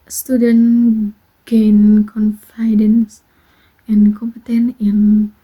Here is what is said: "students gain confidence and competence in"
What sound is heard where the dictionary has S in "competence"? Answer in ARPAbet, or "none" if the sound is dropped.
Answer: none